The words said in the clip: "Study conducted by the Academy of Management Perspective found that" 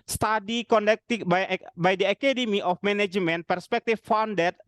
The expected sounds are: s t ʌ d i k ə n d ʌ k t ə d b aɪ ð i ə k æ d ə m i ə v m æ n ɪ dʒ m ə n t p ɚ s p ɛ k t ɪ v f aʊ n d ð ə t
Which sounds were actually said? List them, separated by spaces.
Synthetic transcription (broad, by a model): s t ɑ d i k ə n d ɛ k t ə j b aɪ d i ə k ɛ d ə m i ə f m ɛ n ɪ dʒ m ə n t p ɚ s p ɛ k t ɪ f f aʊ n d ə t